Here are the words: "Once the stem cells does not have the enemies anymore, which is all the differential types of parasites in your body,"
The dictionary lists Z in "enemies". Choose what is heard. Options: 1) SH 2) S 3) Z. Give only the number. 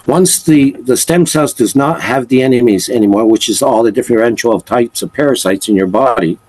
3